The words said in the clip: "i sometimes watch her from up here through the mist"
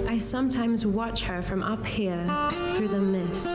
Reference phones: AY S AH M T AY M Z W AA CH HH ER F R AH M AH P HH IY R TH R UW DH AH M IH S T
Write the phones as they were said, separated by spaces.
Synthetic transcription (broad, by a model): AY S AH M T AY M Z W AA CH HH ER F R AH M AH P HH IY R TH R UW DH AH M IH S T